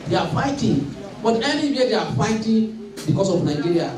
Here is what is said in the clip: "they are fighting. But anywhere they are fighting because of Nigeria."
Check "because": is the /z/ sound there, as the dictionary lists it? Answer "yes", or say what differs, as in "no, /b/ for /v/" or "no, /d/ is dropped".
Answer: no, /s/ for /z/